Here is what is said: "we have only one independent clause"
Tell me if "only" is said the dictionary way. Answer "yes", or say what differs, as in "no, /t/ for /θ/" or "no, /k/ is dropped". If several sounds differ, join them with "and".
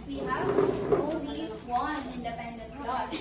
no, /n/ is dropped